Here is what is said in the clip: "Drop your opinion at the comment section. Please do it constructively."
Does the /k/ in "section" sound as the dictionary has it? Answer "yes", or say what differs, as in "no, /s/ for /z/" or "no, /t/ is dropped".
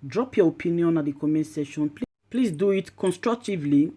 no, /k/ is dropped